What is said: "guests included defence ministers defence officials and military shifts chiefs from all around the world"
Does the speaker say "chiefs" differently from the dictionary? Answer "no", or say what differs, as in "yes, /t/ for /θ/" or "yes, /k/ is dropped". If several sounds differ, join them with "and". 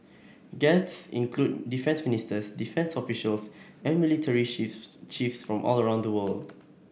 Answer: no